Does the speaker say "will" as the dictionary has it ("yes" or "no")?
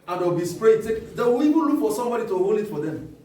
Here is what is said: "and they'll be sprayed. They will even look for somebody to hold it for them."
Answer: no